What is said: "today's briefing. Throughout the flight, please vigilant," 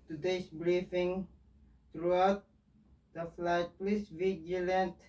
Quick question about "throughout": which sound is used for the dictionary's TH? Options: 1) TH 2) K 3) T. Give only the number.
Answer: 3